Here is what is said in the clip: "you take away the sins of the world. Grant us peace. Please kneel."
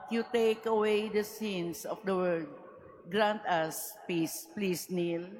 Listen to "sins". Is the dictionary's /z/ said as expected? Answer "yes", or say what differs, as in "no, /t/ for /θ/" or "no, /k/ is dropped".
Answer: no, /s/ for /z/